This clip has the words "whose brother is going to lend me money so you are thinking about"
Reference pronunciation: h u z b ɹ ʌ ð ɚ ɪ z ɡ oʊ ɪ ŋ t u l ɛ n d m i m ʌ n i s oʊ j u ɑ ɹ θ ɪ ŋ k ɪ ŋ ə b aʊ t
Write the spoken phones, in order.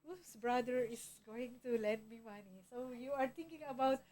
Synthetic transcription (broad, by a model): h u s b ɹ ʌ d ɚ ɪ s ɡ oʊ ɪ ŋ t u l ɛ n d m i m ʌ n i s oʊ j u ɑ ɹ t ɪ ŋ k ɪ ŋ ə b aʊ t